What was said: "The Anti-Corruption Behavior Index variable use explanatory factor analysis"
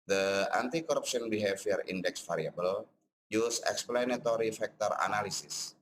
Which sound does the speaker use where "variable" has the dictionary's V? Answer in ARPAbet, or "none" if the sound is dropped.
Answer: F